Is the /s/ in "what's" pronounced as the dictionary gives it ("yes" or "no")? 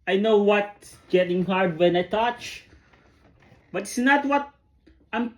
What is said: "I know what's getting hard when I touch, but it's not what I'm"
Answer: no